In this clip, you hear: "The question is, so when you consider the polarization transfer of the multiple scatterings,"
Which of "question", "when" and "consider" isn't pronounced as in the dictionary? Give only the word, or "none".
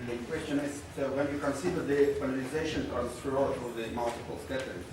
none